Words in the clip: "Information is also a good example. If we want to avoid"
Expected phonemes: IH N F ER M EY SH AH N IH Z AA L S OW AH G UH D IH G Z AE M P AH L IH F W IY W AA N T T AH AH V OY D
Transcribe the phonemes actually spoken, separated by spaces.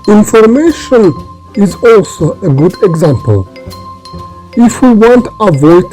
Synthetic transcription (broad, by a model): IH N F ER M EY SH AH N IH Z AA L S OW AH G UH D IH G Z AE M P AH L IH F W IY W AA N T T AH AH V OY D